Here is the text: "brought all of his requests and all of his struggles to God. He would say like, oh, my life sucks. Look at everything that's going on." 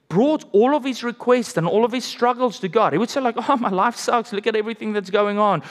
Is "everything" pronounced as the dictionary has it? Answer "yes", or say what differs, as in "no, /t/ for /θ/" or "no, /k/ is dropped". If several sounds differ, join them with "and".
yes